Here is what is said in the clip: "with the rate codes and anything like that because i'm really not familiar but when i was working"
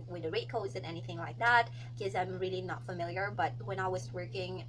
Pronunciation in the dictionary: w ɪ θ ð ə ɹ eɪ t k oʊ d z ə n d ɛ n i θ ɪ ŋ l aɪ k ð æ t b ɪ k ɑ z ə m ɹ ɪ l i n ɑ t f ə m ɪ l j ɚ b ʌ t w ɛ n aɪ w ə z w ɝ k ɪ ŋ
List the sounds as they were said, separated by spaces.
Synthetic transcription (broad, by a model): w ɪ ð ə ɹ eɪ t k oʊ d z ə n ɛ n i θ ɪ ŋ l aɪ k ð æ t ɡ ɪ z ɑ ə m ɹ ɪ l i n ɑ t f ə m ɪ l j ɚ b ʌ t w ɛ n aɪ w ə z w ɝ k ɪ ŋ